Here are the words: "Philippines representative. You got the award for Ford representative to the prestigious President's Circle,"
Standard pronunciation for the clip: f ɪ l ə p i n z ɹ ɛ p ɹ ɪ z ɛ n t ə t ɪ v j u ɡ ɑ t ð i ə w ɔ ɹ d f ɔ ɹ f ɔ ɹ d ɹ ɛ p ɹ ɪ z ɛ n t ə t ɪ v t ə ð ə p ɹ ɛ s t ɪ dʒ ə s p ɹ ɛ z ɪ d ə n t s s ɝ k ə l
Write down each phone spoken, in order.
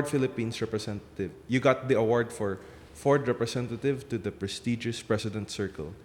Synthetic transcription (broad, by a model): f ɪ l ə p i n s ɹ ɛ p ɹ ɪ s ɛ n t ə t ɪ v j u ɡ ɑ t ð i ə w ɔ ɹ d f ɔ ɹ f ɔ ɹ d ɹ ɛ p ɹ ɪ s ɛ n t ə t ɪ v t ə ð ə p ɹ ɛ s t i dʒ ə s p ɹ ɛ s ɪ d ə n t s s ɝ k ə l